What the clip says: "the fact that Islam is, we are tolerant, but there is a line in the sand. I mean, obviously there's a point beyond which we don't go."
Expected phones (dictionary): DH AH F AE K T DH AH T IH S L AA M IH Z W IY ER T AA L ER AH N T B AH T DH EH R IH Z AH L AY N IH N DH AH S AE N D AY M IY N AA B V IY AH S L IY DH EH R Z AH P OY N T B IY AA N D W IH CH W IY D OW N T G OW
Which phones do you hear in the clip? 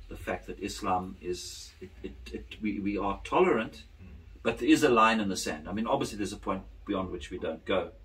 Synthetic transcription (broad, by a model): DH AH F AE K T DH AH T IH S L AA M IH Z W IY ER T AA L ER AH N T B AH T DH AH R IH Z AH L AY N IH N DH AH S AE N D AY M IY N AA B V IY AH S L IY DH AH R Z AH P OY N T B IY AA N D W IH CH W IY D OW N T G OW